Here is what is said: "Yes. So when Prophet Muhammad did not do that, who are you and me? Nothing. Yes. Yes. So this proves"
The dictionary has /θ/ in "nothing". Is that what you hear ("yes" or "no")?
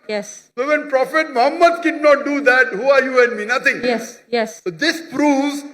no